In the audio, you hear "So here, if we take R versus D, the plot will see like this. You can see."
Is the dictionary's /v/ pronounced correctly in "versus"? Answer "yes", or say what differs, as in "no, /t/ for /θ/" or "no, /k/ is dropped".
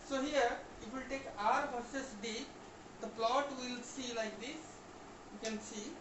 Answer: no, /b/ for /v/